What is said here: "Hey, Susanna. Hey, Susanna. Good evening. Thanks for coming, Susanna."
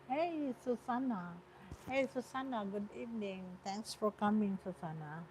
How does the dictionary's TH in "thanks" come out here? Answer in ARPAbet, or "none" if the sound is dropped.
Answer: T